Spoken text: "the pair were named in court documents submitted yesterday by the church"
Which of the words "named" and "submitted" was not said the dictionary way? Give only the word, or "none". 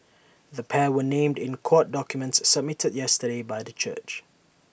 none